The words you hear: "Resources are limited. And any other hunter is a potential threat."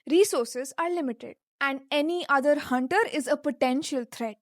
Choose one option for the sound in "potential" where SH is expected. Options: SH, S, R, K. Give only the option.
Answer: SH